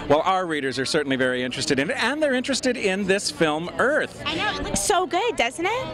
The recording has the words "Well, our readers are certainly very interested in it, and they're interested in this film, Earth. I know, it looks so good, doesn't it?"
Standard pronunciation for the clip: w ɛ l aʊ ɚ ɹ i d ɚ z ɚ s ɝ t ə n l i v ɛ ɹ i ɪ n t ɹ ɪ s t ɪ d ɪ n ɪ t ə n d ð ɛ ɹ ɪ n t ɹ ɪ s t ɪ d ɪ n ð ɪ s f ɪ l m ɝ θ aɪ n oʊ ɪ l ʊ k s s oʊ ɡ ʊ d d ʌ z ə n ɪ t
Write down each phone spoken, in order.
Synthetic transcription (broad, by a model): w ɛ l aʊ ɚ ɹ i d ɚ z ɚ s ɝ t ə n l i v ɛ ɹ i ɪ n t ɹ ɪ s t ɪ d ɪ n ɪ t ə n ð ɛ ɹ ɪ n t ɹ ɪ s t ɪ d ɪ n ð ɪ s f ɪ l m ɝ θ aɪ n oʊ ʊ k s s oʊ ɡ ʊ d d ʌ z n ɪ t